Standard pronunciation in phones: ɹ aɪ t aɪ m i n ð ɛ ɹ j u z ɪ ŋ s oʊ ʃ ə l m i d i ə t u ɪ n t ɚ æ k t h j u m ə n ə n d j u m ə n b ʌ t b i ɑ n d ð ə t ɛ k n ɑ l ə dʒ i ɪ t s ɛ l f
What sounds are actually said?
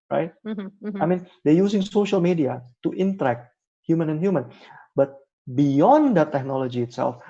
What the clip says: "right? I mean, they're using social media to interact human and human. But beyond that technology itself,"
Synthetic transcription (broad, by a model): ɹ aɪ t aɪ m i n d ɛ j u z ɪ ŋ s oʊ ʃ ə l m i d i ə t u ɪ n t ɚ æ k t h j u m ə n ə n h j u m ə n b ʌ t b i ɑ n d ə t ɛ k n ɑ l ə dʒ i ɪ t s ɛ l f